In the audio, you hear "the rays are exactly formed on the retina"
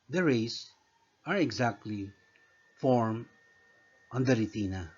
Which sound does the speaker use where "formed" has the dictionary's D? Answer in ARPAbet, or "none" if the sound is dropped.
none